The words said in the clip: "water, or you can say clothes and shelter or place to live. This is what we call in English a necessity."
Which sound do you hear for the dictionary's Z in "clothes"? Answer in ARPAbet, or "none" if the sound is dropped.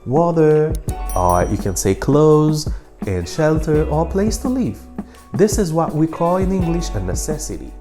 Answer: Z